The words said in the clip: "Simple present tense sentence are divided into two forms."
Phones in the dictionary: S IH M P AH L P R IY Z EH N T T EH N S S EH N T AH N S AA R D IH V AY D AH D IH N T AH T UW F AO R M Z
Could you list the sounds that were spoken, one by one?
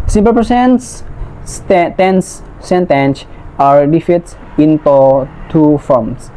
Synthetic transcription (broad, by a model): S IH M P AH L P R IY S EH N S T EH N S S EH N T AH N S AA R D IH F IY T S IH N T AH T UW F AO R M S